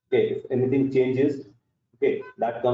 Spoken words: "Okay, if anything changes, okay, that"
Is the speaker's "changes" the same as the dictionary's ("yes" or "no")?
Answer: yes